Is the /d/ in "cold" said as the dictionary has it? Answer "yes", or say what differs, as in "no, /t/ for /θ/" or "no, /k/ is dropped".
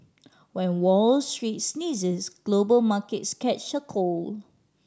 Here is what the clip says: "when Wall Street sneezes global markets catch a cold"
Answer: no, /d/ is dropped